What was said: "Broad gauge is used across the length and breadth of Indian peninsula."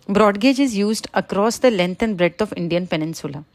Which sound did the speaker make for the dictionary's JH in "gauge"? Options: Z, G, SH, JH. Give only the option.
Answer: JH